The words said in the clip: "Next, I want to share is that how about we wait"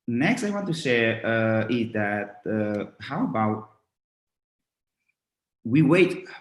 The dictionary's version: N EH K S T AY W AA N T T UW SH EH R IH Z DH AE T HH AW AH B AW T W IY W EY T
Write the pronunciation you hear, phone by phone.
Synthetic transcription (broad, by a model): N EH K S T AY W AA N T T UW S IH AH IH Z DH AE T HH AW AH B AW T W IY W EY T